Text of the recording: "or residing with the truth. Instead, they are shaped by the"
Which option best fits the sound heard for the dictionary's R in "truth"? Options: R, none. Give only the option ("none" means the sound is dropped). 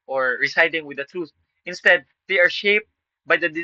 R